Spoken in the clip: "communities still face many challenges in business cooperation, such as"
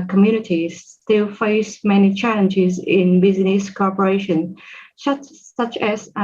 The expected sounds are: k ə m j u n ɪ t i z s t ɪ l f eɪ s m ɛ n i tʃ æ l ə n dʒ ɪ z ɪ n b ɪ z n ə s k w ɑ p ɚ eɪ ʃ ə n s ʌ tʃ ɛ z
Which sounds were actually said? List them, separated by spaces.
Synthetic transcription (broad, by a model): k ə m j u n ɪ t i s t ɪ l f eɪ s m ɛ n i tʃ æ l ə n dʒ ɪ z ɪ n b ɪ z n ə s k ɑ p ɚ eɪ ʃ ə n s ʌ tʃ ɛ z